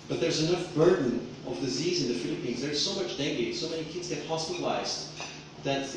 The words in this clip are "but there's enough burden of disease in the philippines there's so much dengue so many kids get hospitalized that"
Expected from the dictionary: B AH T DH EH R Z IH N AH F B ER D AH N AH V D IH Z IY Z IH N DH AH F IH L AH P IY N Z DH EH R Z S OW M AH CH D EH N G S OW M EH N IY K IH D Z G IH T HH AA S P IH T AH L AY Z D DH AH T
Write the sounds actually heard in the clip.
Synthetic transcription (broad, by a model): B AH T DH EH R Z IH N AH F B ER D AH N AH V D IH Z IY Z IH N DH AH F IH L AH P IY N Z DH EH R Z S OW M AH CH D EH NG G S OW M EH N IY K IH D Z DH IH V HH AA S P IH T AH L AY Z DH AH T